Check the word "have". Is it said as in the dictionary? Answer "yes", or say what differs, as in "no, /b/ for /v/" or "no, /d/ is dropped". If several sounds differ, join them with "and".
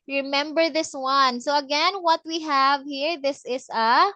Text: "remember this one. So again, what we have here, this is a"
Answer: yes